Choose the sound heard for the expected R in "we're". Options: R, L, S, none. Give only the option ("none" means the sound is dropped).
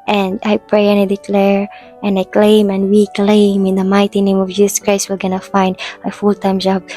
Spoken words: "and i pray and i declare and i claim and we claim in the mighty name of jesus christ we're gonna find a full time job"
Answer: L